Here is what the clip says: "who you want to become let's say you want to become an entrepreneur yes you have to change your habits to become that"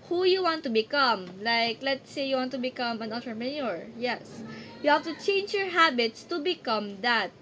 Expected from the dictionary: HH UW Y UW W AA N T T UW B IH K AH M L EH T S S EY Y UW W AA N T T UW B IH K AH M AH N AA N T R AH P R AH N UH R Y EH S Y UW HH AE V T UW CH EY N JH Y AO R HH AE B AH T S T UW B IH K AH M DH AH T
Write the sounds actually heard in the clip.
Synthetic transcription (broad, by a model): HH UW Y UW W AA N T T UW B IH K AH M L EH T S S EY Y UW W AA N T T UW B IH K AH M AH N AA T AH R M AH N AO R Y EH S Y UW HH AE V T UW CH EY N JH Y AO R HH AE B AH T S T UW B IH K AH M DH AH T